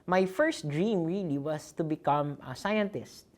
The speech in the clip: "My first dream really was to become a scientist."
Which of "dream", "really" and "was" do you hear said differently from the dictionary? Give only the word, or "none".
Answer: was